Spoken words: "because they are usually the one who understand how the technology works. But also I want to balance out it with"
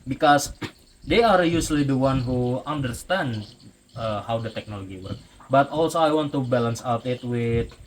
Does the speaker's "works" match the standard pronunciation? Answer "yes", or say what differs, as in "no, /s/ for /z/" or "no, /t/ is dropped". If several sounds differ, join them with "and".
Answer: no, /s/ is dropped